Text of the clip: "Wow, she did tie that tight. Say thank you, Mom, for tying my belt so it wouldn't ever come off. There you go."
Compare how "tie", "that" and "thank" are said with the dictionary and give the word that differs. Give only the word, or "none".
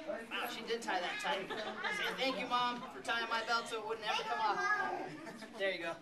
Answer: none